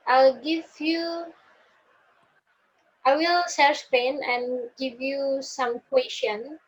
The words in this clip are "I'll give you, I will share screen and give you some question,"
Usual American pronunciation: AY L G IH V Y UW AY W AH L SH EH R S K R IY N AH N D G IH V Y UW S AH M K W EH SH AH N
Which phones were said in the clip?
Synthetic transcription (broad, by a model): AY L G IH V Y UW AY W AH L S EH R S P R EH N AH N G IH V Y UW S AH M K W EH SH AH N